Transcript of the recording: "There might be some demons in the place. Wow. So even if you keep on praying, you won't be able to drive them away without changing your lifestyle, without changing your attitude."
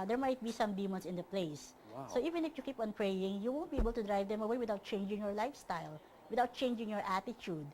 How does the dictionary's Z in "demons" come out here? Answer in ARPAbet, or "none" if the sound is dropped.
S